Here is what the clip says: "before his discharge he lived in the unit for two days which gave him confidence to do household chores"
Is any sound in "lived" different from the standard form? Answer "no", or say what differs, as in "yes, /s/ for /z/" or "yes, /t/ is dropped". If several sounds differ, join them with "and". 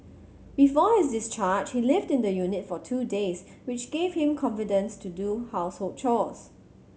no